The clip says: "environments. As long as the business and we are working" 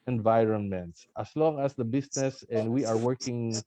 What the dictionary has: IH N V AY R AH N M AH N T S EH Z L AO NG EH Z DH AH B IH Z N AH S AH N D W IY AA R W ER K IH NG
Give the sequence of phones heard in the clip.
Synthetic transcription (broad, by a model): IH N V AY R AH N M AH N T S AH S L AO NG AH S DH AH B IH S N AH S AH N D W IY AA R W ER K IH NG